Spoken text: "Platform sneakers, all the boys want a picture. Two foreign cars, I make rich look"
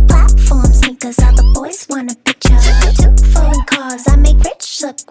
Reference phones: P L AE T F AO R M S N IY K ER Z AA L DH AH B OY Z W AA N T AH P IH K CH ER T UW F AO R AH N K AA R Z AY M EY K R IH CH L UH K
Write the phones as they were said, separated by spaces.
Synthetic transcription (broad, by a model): P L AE T F AO R M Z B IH K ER Z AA DH AH B OY Z W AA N AH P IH K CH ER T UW F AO AH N K AA R Z AY M EY K R IH CH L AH